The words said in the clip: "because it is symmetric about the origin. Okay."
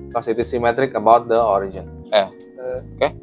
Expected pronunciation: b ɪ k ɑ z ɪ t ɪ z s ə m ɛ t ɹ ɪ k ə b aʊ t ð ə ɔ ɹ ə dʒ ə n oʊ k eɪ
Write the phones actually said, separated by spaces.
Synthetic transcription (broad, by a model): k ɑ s ɪ t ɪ s ə m ɛ t ɹ ɪ k ə b aʊ t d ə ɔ ɹ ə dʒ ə n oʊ k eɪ